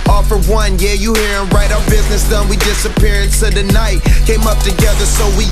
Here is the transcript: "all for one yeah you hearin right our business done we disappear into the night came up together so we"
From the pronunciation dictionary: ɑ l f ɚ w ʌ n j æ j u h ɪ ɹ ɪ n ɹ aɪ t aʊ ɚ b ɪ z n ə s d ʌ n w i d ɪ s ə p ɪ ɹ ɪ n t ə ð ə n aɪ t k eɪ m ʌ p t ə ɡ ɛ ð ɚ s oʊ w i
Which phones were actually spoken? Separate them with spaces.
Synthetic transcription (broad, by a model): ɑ f ɚ w ʌ n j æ j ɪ h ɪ ɹ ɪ n ɹ aɪ t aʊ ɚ b ɪ z n ə s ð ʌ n w i d ɪ s ə p ɪ ɹ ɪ n s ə ð ə n aɪ t k eɪ m ʌ p t ə ɡ ɛ ð ɚ s oʊ w i